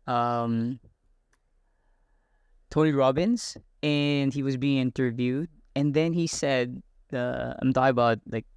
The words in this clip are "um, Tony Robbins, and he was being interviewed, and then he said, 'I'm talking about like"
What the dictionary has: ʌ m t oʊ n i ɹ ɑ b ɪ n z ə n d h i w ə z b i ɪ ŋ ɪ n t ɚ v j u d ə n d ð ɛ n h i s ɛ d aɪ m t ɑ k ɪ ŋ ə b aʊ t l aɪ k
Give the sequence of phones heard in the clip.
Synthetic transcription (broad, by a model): ʌ m t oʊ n i ɹ ɑ b ɪ n z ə n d i w ə z b i ɪ ŋ ɪ n t ɚ v j u d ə n ð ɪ n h i s ɛ d aɪ m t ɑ ɪ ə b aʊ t l aɪ k